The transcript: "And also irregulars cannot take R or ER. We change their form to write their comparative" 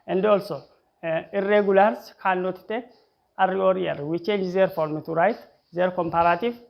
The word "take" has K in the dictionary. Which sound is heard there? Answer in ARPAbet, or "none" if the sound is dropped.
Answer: none